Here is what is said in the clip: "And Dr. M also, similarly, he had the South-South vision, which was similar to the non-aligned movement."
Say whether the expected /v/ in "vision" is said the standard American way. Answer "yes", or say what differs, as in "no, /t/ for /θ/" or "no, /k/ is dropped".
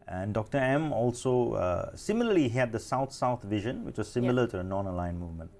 yes